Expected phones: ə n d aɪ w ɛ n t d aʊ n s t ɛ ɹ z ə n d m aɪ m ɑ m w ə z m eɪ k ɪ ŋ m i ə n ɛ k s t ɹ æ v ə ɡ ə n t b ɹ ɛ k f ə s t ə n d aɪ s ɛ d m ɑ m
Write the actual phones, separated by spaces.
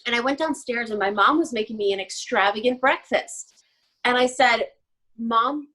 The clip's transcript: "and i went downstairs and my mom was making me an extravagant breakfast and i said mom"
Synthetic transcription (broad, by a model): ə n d aɪ w ɛ n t d aʊ n s t ɛ ɹ z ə n m aɪ m ɑ m w ə z m eɪ k ɪ ŋ m i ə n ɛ k s t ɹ æ v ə ɡ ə n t b ɹ ɛ k f ə s t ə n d aɪ s ɛ d m ɑ m